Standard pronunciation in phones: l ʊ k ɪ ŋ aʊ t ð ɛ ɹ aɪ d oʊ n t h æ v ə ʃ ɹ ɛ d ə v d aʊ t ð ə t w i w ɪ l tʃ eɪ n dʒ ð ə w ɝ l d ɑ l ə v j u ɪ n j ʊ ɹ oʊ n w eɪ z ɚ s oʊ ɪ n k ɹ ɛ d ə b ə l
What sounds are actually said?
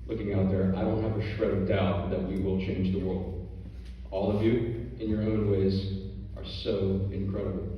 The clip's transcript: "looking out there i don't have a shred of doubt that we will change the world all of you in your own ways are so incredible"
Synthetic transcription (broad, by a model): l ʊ k ɪ ŋ aʊ t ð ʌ ɹ aɪ d oʊ n t h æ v ə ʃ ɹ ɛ ə d aʊ t ð ə t w i w ɪ l tʃ eɪ n dʒ ð ə w ɝ l d ɑ l ə v j u ɪ n j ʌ ɹ oʊ n w eɪ z ɚ s oʊ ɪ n k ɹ ɛ d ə b l